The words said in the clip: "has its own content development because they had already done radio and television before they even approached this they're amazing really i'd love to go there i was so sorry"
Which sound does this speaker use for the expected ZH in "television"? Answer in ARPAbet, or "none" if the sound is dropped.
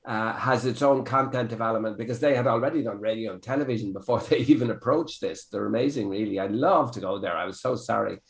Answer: ZH